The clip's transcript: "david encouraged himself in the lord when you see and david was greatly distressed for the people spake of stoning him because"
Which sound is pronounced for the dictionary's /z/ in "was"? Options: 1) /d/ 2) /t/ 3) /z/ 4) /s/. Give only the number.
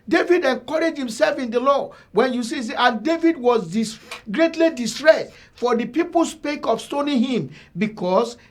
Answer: 4